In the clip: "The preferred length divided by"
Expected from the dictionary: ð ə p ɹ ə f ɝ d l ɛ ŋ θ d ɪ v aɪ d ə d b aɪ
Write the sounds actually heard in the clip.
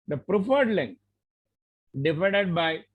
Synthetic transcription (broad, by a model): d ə p ɹ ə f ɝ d l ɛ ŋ d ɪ f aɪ d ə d b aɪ